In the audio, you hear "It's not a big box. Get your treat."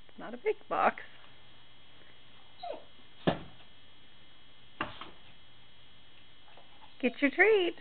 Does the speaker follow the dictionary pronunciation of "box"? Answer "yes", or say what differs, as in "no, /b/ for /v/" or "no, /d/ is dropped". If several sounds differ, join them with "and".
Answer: yes